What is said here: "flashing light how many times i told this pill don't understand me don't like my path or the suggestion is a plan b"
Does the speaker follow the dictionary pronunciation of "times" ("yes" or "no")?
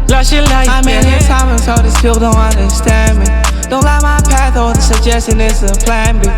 no